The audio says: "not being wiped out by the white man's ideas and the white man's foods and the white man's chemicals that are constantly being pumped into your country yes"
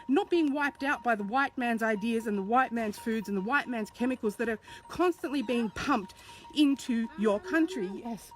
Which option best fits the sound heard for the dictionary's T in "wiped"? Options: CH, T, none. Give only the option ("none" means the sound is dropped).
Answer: T